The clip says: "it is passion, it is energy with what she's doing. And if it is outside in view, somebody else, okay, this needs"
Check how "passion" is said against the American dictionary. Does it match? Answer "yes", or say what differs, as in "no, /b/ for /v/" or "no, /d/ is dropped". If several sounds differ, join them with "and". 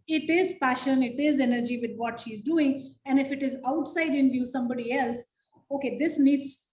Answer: yes